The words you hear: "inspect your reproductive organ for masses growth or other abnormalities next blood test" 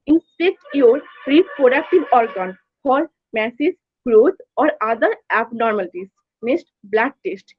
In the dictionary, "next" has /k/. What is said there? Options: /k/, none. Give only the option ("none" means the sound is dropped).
none